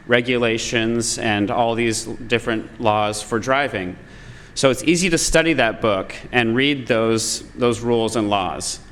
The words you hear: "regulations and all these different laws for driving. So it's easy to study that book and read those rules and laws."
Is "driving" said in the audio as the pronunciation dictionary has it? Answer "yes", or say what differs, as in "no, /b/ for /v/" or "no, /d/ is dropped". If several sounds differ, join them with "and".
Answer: yes